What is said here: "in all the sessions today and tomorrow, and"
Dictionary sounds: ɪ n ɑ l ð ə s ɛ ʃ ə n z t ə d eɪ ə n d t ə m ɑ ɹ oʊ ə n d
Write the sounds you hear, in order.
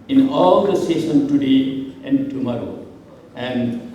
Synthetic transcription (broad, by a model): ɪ n ɑ l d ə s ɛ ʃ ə n t ə d eɪ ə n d t ə m ɑ ɹ oʊ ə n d